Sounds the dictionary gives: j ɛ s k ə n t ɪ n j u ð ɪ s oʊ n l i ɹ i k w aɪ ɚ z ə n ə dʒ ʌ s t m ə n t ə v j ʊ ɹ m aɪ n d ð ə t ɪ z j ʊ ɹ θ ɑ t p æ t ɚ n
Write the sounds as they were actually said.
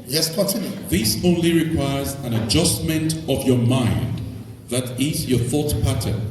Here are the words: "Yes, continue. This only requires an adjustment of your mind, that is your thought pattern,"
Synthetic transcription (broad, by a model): j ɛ s k ə n t ɪ n j u ð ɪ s oʊ n l i ɹ i k w aɪ ɚ z ə n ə dʒ ʌ s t m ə n t ə v j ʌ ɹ m aɪ n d ð ə t ɪ z j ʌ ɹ θ ɑ t p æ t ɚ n